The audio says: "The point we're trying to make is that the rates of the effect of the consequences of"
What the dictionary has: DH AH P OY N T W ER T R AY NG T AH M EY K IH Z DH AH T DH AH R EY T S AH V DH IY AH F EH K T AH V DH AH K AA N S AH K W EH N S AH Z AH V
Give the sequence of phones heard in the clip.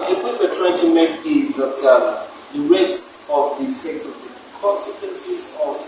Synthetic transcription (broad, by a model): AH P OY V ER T W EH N T AH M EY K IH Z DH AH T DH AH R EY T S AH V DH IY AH F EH K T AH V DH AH K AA N S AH K W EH N S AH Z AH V